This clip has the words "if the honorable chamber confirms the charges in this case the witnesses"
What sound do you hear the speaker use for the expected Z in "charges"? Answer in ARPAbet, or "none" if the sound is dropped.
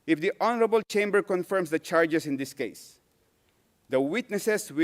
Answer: S